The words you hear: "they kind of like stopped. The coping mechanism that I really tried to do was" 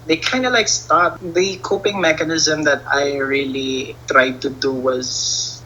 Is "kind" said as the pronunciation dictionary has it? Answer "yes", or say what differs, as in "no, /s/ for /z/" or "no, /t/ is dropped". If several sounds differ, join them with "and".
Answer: yes